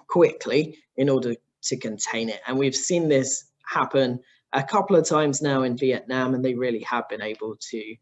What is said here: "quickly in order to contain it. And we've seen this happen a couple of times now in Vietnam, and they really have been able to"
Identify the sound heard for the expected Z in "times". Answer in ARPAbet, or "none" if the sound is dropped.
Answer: Z